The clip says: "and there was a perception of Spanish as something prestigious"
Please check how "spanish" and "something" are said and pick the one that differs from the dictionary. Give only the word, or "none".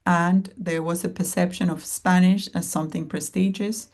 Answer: none